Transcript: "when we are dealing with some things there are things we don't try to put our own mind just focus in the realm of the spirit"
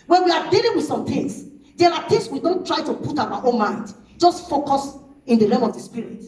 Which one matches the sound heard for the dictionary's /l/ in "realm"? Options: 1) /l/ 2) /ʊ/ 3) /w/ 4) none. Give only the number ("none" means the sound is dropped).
4